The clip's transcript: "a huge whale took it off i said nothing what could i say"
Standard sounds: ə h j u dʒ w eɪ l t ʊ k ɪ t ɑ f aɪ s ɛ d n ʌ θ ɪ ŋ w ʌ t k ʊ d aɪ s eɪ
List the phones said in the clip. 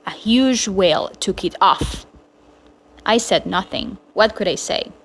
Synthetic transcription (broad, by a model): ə h j u dʒ w eɪ l t ʊ k ɪ t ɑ f aɪ s ɛ d n ʌ θ ɪ ŋ w ʌ t k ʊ d aɪ s eɪ